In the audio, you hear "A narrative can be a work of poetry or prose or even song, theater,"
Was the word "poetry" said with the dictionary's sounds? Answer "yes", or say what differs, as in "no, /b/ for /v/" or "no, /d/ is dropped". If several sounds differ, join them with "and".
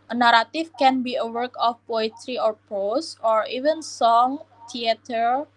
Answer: yes